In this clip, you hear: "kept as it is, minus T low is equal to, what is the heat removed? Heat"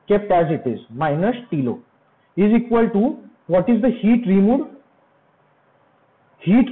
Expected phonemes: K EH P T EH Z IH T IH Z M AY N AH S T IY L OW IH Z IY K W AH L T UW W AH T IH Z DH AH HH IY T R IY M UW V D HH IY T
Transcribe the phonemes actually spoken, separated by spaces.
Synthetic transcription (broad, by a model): K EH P T EH Z IH T IH Z M AY N AH S T IY L OW IH Z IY K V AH L T UW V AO T IH Z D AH HH IY T R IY M UW D HH IY T